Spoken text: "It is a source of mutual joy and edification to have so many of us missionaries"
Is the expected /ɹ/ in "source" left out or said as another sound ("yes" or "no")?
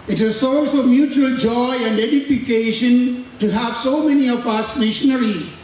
yes